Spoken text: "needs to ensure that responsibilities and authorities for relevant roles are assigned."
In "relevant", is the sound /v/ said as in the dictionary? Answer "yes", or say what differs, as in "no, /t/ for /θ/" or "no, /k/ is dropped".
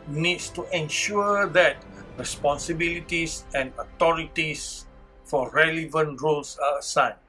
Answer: yes